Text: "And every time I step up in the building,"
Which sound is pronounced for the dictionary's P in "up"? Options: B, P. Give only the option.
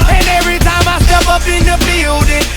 B